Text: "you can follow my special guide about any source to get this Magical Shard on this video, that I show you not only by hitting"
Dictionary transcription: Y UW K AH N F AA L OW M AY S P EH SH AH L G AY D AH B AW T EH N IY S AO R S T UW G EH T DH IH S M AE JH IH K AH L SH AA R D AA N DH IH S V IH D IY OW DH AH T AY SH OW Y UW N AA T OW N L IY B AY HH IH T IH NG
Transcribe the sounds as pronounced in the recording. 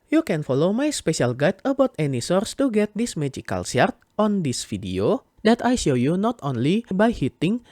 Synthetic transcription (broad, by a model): Y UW K AH N F AA L OW M AY S P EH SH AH L G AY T AH B AW T EH N IY S AO R S T UW G EH T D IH S M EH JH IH K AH L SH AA R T AA N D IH S F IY D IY OW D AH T AY SH OW Y UW N AA T OW N L IY B AY HH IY T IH NG